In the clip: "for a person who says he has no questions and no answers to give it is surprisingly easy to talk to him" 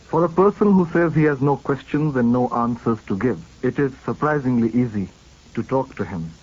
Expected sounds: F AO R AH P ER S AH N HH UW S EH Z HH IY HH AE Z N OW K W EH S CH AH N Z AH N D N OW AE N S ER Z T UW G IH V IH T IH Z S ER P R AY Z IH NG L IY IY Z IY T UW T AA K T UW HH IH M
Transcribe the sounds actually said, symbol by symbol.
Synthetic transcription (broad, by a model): F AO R AH P ER S AH N HH UW S EH Z HH IY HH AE Z N OW K W EH S CH AH N Z AH N D N OW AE N S ER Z T UW G IH V IH T IH Z S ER P R AY Z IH NG L IY IY Z IY T UW T AA K T UW HH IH M